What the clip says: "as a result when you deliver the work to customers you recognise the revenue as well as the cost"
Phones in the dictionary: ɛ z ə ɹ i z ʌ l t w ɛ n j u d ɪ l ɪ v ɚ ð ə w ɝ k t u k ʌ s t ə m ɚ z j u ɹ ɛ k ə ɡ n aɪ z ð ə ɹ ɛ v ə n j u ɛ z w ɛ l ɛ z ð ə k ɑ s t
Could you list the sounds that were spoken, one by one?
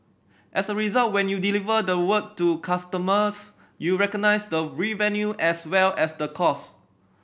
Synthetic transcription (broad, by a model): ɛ s ə ɹ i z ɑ l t w ɛ n j u d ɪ l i v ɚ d ə w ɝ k t u k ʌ s t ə m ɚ s j u ɹ ɛ k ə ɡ n aɪ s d ə ɹ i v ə n j u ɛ s w ɛ l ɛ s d ə k ɑ s